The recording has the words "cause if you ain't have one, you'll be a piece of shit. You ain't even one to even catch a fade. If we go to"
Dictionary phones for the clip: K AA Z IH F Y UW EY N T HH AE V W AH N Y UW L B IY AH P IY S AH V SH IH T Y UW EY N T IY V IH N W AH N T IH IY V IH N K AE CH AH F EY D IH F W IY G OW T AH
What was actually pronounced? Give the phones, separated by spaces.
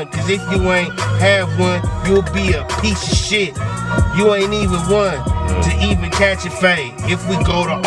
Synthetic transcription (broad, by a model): K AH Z IH F Y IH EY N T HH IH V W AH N Y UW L B IY AH P IY S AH SH IH T Y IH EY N IY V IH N W AH N T IH IY V IH N K AE CH AH F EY IH F W IY G OW T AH